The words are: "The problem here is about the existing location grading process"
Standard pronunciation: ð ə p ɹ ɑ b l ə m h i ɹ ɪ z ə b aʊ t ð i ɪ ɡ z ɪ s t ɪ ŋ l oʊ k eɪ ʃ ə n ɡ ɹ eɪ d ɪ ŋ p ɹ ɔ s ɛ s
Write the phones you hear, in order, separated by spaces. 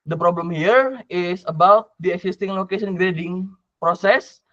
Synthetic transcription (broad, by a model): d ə p ɹ ɑ b l ə m h i ɹ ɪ s ə b aʊ t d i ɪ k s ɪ s t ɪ ŋ l oʊ k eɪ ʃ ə n ɡ ɹ eɪ d ɪ ŋ p ɹ ɔ s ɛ s